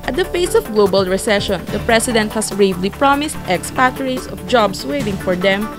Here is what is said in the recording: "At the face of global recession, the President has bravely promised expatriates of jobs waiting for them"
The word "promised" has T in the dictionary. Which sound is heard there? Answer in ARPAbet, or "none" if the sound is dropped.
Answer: T